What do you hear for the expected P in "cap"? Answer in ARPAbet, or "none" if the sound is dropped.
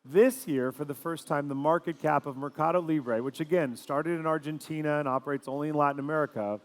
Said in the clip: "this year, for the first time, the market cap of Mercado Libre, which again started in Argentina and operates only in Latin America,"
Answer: P